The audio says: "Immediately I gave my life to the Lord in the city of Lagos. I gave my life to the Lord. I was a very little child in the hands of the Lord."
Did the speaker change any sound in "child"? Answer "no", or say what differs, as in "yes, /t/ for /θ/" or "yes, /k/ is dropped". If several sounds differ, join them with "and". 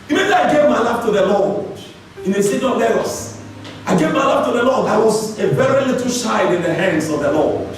yes, /ʃ/ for /tʃ/ and /l/ is dropped